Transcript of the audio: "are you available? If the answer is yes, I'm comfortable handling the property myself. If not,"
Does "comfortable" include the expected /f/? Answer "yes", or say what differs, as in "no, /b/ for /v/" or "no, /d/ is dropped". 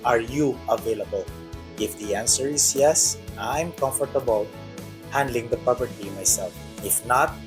yes